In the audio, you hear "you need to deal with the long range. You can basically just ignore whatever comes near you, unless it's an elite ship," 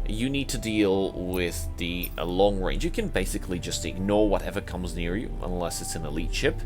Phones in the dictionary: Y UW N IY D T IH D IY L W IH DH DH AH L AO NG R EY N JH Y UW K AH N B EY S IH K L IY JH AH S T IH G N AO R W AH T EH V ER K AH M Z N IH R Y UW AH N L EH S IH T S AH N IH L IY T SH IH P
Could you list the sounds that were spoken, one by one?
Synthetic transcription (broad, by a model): Y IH N IY D T IH D IY L W IH DH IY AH L AO NG R EY N JH Y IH K AH N B EY S IH K L IY JH AH S T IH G N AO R W AH T EH V ER K AH M Z N IH R Y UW AH N L EH S IH T S AH N IH L IY T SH IH P